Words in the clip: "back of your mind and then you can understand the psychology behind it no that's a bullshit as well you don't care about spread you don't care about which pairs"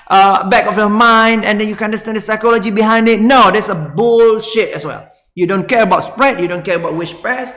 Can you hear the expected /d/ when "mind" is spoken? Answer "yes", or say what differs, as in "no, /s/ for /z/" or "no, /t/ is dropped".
yes